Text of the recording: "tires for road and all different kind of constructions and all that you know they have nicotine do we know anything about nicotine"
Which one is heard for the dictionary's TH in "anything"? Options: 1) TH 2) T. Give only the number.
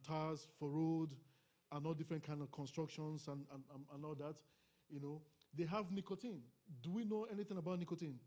1